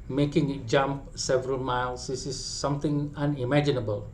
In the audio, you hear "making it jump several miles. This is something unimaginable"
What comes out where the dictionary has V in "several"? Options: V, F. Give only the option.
V